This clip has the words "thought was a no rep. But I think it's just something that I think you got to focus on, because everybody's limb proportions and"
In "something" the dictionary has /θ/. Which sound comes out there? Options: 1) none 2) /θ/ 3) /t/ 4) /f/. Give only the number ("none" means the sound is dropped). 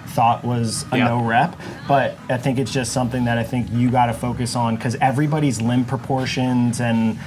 2